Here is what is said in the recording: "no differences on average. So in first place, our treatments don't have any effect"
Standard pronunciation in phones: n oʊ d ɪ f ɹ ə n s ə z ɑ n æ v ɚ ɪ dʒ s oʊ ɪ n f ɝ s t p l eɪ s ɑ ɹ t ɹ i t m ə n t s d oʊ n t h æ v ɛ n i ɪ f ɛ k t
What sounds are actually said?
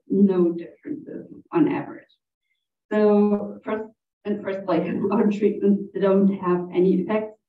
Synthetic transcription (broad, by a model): n oʊ d ɪ f ɹ ə n s ə z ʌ n æ v ɚ ɪ dʒ s oʊ ɪ n f ɝ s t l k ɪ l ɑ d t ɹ i t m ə n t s d oʊ n t h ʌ v ɛ n i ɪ f ɛ k t